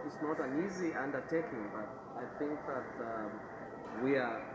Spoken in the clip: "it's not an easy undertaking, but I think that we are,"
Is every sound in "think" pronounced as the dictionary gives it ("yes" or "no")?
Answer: yes